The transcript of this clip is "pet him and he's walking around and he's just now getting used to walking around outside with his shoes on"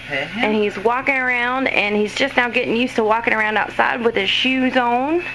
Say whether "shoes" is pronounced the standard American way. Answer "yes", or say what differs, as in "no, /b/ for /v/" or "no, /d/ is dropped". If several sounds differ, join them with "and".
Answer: yes